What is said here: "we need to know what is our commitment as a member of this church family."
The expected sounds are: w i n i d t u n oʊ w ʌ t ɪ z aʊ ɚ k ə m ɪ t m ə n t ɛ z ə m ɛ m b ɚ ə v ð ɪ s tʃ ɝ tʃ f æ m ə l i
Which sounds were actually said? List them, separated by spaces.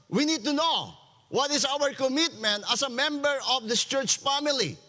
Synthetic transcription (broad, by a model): w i n i d t u n oʊ w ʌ t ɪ s aʊ ɚ k ə m ɪ t m ə n t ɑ s ə m ɛ m b ɚ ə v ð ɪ s tʃ ɝ tʃ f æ m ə l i